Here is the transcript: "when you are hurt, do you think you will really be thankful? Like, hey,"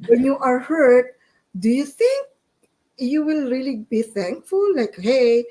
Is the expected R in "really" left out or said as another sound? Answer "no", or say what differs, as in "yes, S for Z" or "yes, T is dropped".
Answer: no